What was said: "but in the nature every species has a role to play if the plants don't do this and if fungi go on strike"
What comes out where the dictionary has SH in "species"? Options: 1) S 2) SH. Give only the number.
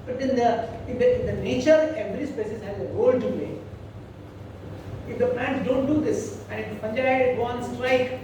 1